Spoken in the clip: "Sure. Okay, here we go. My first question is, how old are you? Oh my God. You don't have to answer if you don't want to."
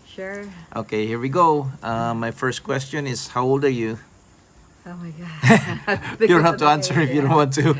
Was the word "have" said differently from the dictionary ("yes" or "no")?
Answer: yes